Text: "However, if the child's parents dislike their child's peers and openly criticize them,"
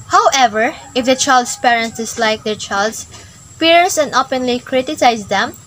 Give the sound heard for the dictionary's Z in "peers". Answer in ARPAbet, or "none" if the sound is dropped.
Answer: S